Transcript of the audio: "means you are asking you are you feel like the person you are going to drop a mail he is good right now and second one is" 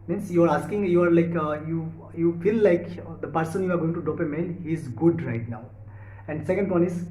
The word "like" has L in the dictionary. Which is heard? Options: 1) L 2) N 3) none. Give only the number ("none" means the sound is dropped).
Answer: 1